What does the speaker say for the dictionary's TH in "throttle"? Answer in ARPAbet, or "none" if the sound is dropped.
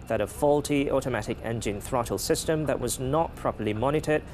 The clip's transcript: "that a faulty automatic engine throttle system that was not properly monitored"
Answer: TH